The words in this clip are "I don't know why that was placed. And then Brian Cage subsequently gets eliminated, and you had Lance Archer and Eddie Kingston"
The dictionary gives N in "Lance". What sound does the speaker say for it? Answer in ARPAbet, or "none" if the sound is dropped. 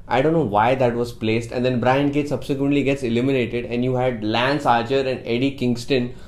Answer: N